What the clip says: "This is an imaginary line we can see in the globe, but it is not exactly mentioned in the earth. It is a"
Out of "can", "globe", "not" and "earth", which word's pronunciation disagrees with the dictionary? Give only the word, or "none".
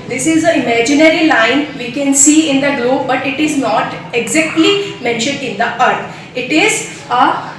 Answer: earth